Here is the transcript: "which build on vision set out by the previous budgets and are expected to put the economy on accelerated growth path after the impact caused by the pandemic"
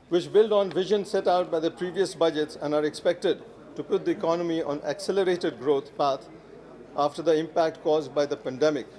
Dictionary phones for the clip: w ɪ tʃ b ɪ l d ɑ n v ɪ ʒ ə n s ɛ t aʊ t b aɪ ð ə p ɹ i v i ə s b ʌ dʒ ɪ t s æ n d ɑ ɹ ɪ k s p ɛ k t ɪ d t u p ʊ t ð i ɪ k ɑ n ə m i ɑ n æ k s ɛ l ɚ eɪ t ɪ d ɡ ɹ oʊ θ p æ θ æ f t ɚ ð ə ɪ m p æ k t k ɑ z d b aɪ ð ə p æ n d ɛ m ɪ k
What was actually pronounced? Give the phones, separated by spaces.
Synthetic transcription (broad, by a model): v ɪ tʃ b ɪ l d ɑ n v ɪ ʒ ə n s ɛ t aʊ t b aɪ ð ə p ɹ i v i ə s b ʌ dʒ ɪ t s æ n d ɑ ɹ ɪ k s p ɛ k t ɪ d t u p ʊ t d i ɪ k ɑ n ə m i ɑ n æ k s ɛ l ɚ eɪ t ɪ d ɡ ɹ oʊ t p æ t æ f t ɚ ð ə ɪ m p æ k t k ɑ z d b aɪ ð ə p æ n d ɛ m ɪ k